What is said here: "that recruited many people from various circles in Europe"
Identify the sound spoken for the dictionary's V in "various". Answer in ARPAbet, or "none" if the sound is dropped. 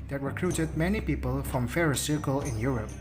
F